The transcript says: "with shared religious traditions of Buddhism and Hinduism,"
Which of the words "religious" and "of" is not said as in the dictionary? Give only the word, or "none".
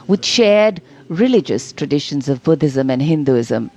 none